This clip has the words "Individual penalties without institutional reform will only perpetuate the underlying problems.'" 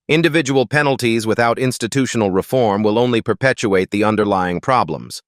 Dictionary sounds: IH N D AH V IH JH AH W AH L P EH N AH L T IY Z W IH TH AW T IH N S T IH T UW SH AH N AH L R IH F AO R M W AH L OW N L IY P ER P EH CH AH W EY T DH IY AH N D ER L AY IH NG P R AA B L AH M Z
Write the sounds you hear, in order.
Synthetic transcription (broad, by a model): IH N D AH V IH JH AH W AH L P EH N L T IY Z W IH TH AW T IH N S T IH T UW SH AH N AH L R IH F AO R M W AH L OW N L IY P ER P EH CH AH EY T DH IY AH N D ER L AY IH NG P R AA B L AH M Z